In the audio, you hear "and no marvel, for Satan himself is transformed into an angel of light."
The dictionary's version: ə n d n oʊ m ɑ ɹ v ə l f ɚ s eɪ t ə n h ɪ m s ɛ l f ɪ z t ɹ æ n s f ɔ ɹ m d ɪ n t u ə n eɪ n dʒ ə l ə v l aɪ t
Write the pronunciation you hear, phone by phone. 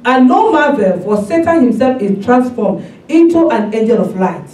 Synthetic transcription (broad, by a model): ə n n oʊ m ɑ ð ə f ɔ s eɪ t ə n h ɪ m s ɛ l f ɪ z t ɹ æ n s f ɔ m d ɪ n t u ə n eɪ dʒ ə n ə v l aɪ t